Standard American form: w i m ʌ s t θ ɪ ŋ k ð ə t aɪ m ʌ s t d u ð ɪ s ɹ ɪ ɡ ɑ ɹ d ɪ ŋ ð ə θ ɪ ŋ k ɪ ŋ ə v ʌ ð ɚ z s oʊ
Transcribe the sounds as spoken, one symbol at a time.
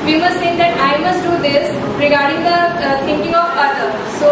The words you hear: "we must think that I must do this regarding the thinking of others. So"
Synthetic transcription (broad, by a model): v i m ʌ s t s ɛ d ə t aɪ m ʌ s t d u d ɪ s ɹ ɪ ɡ ɑ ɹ d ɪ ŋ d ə t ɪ ŋ k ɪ ŋ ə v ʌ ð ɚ s oʊ